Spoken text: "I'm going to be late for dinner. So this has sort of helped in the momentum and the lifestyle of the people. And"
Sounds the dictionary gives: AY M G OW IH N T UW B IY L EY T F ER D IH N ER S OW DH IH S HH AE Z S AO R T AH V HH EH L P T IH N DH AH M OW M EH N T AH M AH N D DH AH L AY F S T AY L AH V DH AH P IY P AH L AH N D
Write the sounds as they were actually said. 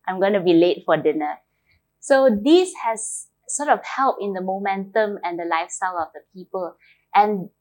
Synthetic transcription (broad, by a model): AY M G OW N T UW B IY L EY T F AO D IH N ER S OW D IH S HH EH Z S AO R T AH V HH EH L P IH N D AH M OW M EH N T AH M AH N D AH L AY F S T AY L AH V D AH P IY P AH L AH N